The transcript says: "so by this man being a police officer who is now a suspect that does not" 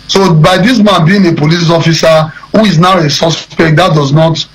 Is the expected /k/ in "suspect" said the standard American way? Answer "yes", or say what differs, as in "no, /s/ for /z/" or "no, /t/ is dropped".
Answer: yes